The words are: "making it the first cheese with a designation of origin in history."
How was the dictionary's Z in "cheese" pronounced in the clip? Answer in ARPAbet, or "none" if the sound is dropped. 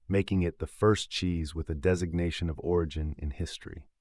Z